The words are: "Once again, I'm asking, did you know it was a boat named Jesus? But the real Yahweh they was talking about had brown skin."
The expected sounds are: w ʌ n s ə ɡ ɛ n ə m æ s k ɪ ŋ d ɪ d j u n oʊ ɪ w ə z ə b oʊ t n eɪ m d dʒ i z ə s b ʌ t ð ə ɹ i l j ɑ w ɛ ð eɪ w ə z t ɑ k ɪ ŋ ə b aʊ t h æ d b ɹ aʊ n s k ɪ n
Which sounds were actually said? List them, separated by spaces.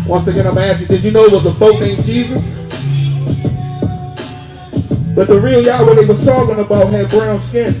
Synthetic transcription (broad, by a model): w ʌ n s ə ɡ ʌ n ə m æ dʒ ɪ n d ɪ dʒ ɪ n oʊ ɪ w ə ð ə b oʊ t n eɪ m dʒ i z ə s b ʌ t ð ə ɹ i l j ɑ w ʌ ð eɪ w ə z s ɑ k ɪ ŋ ə b aʊ t h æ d b ɹ aʊ n s k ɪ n